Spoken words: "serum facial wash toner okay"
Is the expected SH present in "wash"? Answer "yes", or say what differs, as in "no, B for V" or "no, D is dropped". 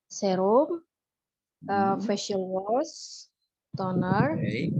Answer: no, S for SH